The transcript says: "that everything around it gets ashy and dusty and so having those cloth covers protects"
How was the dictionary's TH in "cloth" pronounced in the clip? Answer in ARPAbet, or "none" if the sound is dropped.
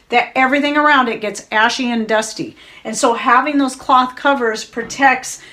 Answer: TH